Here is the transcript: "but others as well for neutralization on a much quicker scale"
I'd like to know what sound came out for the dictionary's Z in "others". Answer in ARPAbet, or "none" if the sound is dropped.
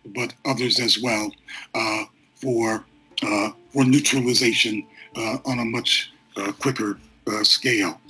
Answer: Z